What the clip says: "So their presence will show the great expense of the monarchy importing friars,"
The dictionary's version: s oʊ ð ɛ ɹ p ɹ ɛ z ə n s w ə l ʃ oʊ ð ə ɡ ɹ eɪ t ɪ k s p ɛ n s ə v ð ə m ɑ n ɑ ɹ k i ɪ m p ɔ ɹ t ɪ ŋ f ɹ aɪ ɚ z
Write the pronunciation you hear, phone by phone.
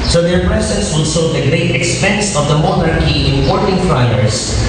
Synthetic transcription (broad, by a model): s oʊ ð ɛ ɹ p ɹ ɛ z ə n s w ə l s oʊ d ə ɡ ɹ eɪ t ɪ k s p ɛ n s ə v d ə m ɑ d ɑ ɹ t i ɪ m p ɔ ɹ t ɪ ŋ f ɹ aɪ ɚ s